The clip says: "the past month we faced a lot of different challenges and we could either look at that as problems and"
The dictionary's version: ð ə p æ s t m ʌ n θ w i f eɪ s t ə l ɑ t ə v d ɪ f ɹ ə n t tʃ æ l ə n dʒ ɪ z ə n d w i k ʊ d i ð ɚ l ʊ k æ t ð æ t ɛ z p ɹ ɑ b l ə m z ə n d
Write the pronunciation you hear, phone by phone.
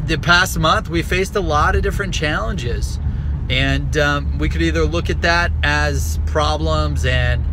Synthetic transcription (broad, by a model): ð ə p æ s t m ʌ n θ w i f eɪ s t ə l ɑ t ə v d ɪ f ɹ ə n tʃ æ l ə n dʒ ɪ z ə n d w i k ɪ d i ð ɚ l ʊ k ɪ t ð æ t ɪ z p ɹ ɑ b l ə m z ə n